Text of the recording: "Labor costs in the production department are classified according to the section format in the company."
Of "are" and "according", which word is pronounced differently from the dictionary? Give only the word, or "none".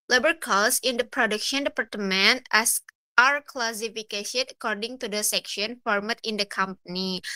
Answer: none